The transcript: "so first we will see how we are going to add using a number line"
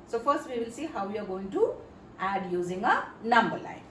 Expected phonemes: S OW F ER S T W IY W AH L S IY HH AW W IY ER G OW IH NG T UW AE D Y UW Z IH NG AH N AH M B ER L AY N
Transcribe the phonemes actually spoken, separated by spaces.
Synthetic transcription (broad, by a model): S OW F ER S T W IY W AH L S IY HH AW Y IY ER G OW IH NG T UW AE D Y UW Z IH NG AH N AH M B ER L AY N